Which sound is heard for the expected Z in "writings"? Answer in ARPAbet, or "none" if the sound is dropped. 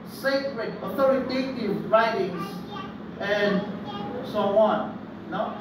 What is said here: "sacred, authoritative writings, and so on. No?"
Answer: S